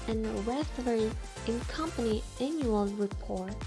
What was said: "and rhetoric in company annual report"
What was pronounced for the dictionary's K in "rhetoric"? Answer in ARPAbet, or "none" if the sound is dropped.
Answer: none